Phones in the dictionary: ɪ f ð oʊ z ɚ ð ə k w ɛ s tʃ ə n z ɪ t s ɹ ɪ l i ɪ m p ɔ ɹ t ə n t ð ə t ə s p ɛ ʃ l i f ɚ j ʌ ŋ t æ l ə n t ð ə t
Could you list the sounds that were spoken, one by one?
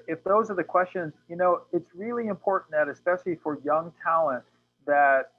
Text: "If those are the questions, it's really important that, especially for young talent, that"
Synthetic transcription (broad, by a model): ɪ f ð oʊ z ɚ ð ə k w ɛ s tʃ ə n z ɪ t s ɹ ɪ l i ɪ m p ɔ ɹ t n ð ə t ə s p ɛ ʃ l i f ɚ j ʌ ŋ t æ l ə n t ð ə t